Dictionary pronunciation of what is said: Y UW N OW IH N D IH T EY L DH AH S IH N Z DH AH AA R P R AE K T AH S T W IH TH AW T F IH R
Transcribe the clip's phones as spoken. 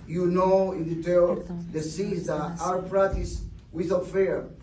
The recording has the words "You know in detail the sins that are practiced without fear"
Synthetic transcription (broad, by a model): Y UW N OW IH N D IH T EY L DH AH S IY Z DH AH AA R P R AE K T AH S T W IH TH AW F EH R